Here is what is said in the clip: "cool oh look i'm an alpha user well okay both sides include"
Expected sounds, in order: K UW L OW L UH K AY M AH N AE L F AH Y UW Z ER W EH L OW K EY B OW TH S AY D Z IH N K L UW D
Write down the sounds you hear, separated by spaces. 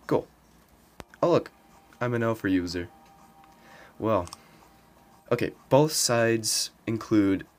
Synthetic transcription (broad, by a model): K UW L OW L UH K AY M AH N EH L F AH Y UW Z ER W EH L OW K EY B OW TH S AY D Z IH N K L UW D